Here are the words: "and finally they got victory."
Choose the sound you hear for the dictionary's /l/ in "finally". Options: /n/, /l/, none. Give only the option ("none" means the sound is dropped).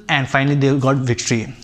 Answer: /l/